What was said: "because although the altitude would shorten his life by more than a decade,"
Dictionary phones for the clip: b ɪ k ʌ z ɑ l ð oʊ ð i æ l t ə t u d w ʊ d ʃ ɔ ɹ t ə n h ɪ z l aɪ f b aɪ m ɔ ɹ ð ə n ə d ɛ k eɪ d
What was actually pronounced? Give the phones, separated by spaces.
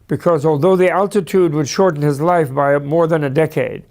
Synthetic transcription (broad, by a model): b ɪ k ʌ z ɑ l ð oʊ ð i æ l t ə t u d w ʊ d ʃ ɔ ɹ t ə n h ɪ z l aɪ f b aɪ m ɔ ɹ ð ə n ə d ɛ k eɪ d